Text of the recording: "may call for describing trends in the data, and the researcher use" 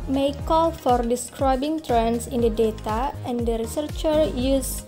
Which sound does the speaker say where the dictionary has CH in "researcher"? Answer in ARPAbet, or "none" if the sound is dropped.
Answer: CH